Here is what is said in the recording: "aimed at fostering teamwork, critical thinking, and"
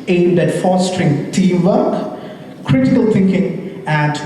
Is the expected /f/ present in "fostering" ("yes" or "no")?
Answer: yes